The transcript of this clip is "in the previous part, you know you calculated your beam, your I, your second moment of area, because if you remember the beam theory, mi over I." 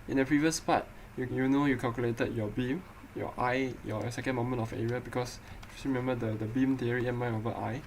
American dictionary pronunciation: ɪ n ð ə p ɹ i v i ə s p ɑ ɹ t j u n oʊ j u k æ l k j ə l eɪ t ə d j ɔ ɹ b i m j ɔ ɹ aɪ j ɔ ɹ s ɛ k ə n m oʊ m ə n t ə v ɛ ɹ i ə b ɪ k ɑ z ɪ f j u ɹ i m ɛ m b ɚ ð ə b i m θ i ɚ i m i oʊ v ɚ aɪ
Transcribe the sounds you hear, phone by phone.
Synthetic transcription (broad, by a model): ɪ n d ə p ɹ i v i ə s p ɑ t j j u n oʊ j u k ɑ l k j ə l eɪ t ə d j ɔ b i m j ɔ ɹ aɪ j ɔ s ɛ k ə n m oʊ m ə n t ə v ɛ ɹ i ə b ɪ k ɑ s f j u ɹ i m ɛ m b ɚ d ə b i m t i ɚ i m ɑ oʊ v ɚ aɪ